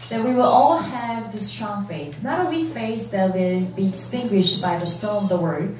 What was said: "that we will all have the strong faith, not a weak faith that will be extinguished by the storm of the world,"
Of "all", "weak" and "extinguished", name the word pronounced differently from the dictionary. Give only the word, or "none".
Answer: extinguished